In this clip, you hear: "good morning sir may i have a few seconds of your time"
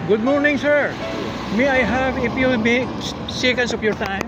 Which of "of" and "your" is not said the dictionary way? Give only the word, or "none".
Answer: of